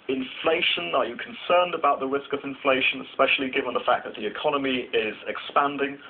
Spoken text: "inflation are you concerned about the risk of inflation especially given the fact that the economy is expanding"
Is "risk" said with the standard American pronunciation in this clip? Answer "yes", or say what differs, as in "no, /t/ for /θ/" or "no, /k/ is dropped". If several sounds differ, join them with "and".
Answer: yes